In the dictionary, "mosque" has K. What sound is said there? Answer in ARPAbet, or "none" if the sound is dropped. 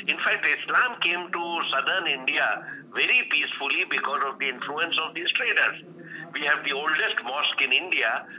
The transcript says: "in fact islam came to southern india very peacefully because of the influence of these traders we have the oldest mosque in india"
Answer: K